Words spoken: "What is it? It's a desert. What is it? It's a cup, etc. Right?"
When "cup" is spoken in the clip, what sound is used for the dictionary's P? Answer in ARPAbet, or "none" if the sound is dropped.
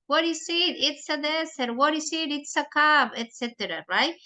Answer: B